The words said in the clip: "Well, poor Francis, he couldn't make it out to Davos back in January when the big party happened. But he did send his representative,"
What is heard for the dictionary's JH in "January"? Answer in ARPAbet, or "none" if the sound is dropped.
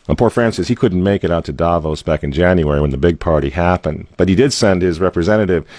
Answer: JH